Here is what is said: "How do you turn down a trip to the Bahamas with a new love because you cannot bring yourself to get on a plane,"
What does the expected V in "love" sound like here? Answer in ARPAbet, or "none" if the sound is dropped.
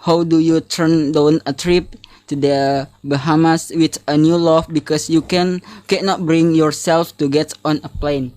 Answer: F